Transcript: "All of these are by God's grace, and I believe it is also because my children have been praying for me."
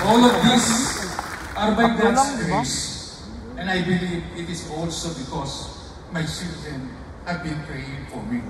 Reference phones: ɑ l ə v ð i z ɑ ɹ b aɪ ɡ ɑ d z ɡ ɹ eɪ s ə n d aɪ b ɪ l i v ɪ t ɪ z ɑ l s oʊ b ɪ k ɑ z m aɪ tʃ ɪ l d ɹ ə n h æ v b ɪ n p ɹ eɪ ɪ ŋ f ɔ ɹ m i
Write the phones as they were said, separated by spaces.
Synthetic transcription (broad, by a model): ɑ l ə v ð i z ɑ ɹ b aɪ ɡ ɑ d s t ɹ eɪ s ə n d aɪ b ɪ l i v ɪ t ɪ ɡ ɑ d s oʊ b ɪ k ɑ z m aɪ s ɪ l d ə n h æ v b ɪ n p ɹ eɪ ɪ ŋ f ɔ ɹ m i